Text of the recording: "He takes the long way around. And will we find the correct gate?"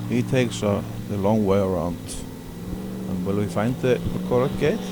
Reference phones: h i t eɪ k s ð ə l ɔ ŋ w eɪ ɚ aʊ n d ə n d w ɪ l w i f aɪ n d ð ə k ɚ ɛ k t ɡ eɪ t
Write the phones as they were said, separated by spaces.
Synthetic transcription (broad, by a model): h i t eɪ k s ð ə l ɔ ŋ w eɪ ɚ aʊ n d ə n w ɪ l w i f aɪ n d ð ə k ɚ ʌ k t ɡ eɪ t